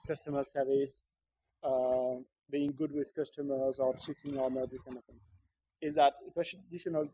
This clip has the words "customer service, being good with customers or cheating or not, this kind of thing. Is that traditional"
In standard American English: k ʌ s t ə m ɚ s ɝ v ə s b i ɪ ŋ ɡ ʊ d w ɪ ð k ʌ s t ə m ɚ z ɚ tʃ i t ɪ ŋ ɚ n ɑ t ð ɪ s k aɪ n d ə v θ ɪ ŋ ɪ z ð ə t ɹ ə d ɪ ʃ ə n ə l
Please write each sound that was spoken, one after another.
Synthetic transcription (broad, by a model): k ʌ s t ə m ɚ s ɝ v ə s b i ɪ ŋ ɡ ʊ d w ɪ ð k ʌ s t ə m ɚ z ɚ s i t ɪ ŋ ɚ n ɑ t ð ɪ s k aɪ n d ə v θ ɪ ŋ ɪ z ð ə t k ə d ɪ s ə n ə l